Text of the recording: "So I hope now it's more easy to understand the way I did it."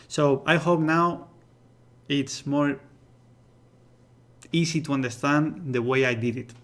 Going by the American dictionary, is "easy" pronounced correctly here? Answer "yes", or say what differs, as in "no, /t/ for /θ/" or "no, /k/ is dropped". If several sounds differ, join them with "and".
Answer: no, /s/ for /z/